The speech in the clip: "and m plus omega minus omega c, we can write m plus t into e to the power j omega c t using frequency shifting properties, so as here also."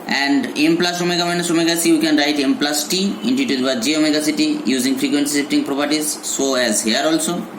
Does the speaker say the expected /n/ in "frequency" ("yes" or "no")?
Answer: yes